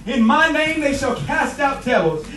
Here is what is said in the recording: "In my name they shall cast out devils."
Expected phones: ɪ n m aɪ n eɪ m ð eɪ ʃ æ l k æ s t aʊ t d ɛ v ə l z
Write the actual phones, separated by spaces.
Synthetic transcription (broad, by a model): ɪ n m aɪ n eɪ m ð eɪ ʃ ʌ l k æ s t aʊ t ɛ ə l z